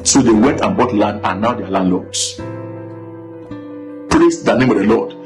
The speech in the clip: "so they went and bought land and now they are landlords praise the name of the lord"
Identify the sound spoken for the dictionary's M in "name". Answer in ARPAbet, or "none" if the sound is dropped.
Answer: M